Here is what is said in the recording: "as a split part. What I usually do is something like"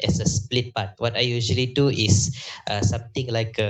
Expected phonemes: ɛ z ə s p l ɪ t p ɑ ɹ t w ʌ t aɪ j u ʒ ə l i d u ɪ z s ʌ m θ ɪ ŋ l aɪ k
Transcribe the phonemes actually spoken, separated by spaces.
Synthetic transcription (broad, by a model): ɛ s ə s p l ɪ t p ɑ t w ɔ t aɪ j u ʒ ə l i d u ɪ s s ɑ m t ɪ ŋ l aɪ k